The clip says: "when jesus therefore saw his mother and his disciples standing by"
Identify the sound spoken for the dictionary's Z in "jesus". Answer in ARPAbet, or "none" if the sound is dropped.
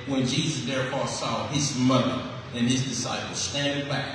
Z